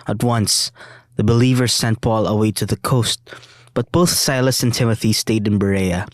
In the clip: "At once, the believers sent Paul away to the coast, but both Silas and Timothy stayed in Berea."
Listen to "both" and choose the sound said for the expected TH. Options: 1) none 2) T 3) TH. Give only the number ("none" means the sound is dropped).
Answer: 3